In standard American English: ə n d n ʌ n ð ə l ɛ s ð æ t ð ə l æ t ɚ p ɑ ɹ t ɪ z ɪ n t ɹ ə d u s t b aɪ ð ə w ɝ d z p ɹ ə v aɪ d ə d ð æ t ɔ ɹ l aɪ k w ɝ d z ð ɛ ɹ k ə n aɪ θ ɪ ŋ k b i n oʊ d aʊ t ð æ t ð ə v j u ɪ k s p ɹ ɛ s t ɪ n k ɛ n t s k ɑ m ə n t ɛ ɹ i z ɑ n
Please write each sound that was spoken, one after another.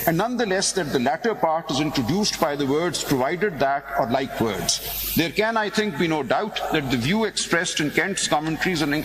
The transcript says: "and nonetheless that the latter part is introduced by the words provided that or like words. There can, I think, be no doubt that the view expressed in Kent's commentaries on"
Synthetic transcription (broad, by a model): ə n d n ʌ n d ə l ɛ s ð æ t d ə l æ t ɚ p ɑ ɹ t ɪ z ɪ n t ɹ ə d u s t b aɪ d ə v ɝ d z p ɹ ə v aɪ d ə d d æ t ɔ ɹ l aɪ k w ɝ d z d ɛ ɹ k ə n aɪ t ɪ ŋ k b i n oʊ d aʊ t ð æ t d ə v j u ɪ k s p ɹ ɛ s t ɪ n k ɛ n t s k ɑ m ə n t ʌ ɹ i z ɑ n